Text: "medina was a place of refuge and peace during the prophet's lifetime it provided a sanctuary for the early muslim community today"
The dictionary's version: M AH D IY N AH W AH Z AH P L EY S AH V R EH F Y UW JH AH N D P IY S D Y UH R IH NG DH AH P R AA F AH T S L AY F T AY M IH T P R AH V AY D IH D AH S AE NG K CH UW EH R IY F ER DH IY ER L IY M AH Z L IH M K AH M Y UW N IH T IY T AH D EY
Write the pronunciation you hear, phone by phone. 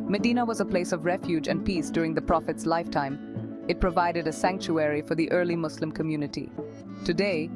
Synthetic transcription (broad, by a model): M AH D IY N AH W AH Z AH P L EY S AH V R EH F Y UW JH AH N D P IY S D Y UH R IH NG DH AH P R AA F AH T S L AY F T AY M IH T P R AH V AY D IH D AH S AE NG K CH UW EH R IY F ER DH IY ER L IY M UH S L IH M K AH M Y UW N IH T IY T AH D EY